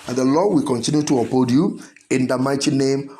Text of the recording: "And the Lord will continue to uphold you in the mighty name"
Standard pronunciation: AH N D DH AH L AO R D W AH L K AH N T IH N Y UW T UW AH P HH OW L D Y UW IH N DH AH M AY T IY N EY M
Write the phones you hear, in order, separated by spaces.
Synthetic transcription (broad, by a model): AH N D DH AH L AO W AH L K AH N T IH N Y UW T UW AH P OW D Y UW IH N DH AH M AY T IY N EY M